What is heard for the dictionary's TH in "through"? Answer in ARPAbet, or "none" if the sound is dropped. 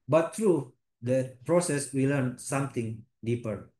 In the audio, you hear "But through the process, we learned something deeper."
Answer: T